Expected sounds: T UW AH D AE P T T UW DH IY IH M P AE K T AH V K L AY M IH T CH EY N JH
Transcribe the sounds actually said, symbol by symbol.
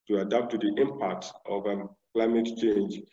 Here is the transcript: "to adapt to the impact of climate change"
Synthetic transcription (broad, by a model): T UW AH D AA P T T UW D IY IH M P AE K T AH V K L AY M IH T CH EY N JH